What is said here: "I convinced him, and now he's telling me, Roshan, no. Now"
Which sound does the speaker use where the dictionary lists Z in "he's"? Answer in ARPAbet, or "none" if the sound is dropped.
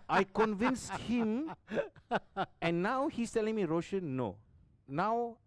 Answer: S